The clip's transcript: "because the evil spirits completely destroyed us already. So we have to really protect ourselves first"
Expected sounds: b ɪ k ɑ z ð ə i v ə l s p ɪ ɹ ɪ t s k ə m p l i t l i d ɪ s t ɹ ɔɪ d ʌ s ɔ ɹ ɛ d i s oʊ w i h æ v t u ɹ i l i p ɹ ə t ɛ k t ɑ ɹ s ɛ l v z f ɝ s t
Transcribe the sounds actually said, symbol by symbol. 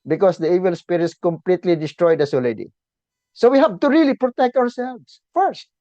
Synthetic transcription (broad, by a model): b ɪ k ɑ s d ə i v ə l s p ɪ ɹ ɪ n s k ə m p l i t l i d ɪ s t ɹ ɔɪ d ʌ s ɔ l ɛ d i s oʊ w i h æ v t u ɹ i l i p ɹ ə t ɛ k t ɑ w s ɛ l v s f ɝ s t